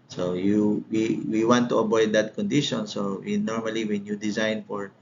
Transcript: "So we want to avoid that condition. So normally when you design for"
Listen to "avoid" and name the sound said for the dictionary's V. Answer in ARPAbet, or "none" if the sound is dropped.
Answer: B